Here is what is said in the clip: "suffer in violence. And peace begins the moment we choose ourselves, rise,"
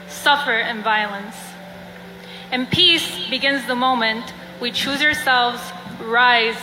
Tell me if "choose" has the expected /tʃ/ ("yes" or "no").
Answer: yes